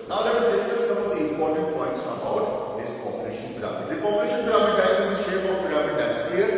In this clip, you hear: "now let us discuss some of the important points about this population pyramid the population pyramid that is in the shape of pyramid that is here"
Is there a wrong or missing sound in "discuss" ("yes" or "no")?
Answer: yes